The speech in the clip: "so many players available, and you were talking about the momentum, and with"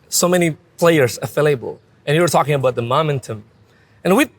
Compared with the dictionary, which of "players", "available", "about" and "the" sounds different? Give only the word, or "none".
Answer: available